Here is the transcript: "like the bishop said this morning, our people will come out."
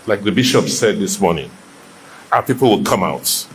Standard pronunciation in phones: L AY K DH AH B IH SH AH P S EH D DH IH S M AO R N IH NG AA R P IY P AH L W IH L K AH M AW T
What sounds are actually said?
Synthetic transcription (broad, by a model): L AY K DH AH B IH SH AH P S EH D DH IH S M AO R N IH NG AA P IY P AH L W IH L K AH M AW T